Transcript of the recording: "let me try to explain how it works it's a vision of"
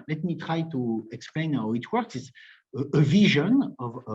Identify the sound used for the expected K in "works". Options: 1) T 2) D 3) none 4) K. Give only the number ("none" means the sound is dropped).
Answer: 4